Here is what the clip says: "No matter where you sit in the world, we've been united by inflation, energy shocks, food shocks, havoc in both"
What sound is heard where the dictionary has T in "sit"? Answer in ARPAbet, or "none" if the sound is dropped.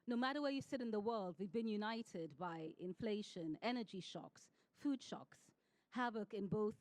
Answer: T